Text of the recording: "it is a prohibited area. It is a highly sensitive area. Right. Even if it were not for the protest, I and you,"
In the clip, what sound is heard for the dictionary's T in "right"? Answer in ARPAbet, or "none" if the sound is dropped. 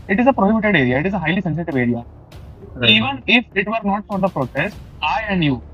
none